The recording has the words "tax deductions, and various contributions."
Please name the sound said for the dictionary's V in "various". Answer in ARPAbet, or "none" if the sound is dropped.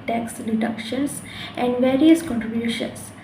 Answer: V